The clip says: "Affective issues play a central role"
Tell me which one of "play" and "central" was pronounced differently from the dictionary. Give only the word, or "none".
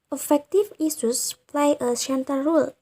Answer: central